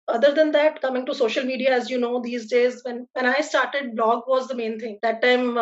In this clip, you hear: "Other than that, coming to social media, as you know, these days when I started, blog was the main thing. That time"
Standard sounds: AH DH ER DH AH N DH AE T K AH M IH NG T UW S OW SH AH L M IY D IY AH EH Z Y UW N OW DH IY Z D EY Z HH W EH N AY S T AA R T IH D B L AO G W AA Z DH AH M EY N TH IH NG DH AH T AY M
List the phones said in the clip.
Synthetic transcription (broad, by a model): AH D ER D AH N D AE T K AH M IH NG T UW S OW SH AH L M IY D IY AH EH Z Y UW N OW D IY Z D EY Z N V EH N AY S T AA R T IH D B L AO G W AA Z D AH M EY N T IH NG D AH T AY M